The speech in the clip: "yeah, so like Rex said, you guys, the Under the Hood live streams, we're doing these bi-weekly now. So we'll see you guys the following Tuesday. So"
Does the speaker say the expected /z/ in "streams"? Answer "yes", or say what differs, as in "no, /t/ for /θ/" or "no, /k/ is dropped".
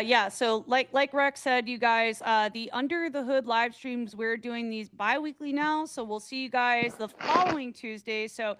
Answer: yes